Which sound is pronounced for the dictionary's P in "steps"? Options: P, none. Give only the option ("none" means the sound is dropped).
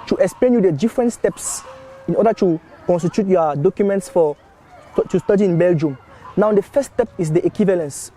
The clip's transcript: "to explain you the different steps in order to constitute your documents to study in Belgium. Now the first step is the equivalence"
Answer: P